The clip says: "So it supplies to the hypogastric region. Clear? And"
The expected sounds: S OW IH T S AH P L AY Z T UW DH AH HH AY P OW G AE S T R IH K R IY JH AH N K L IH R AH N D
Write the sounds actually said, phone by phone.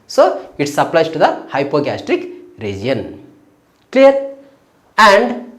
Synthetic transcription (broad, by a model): S OW IH T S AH P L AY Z T UW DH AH HH AY P OW G AE S T R IH K R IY JH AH N K L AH R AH N D